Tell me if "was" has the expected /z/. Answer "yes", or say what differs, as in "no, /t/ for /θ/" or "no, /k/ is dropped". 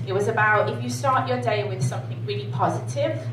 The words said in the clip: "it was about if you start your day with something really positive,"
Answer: yes